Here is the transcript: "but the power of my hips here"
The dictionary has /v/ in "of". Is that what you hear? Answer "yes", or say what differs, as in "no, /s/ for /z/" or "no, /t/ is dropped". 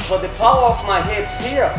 no, /f/ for /v/